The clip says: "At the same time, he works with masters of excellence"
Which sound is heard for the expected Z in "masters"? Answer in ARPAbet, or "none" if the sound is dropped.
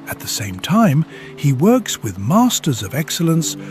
Z